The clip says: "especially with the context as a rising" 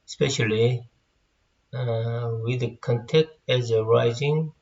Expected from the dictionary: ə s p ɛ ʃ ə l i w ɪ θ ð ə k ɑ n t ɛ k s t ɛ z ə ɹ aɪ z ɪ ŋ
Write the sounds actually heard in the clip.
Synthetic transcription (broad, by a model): s p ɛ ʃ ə l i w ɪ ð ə k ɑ n t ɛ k t ɛ z ə ɹ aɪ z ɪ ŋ